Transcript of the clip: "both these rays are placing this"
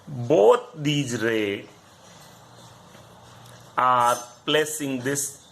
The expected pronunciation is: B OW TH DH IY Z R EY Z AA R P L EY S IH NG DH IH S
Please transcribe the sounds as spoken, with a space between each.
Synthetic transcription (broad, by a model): B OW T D IY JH R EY AA R P L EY S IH NG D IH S